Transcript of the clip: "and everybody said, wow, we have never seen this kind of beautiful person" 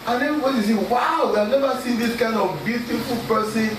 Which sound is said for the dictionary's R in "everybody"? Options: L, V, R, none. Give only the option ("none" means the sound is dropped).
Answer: none